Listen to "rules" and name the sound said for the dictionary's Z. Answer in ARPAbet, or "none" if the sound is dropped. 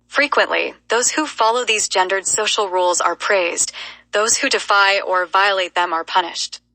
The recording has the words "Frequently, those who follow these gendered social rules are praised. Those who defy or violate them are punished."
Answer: Z